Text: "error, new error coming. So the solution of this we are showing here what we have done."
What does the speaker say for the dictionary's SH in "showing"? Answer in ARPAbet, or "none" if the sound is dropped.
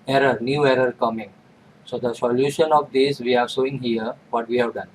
S